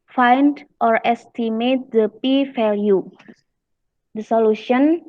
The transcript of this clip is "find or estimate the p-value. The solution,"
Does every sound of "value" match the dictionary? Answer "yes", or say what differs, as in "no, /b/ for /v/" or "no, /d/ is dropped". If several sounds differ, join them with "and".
no, /f/ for /v/